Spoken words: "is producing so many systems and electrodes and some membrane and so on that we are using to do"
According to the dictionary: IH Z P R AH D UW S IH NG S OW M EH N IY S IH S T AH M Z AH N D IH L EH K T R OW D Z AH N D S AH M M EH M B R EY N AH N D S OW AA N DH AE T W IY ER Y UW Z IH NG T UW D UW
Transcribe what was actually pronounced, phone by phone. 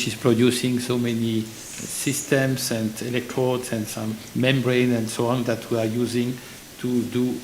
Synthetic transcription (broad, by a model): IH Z P R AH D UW S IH NG S OW M EH N IY S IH S T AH M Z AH N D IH L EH K T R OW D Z AH N D S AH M M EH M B R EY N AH N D S OW AA N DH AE T W IY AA Y UW Z IH NG T UW D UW